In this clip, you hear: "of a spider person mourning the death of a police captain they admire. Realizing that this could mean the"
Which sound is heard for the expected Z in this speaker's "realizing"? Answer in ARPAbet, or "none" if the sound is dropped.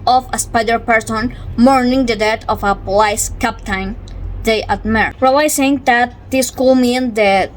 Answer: S